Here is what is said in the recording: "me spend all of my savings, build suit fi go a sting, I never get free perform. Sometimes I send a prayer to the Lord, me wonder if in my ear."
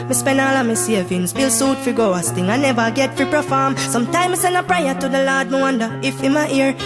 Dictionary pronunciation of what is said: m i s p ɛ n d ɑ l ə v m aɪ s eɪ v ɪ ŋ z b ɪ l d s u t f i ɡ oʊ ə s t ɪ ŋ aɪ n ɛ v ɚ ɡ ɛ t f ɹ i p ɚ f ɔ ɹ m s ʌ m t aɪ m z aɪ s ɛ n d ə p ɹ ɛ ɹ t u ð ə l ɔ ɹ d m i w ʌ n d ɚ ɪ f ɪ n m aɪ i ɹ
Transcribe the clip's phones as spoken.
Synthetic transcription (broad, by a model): m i s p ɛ n ɑ l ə m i s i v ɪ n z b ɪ l s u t f i ɡ oʊ ə s t ɪ ŋ aɪ n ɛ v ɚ ɡ ɛ t f ɹ i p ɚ f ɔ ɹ m s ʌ m t aɪ m i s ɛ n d ə p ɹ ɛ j t u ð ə l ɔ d m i w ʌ n d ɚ ɪ f ɪ n m aɪ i ɹ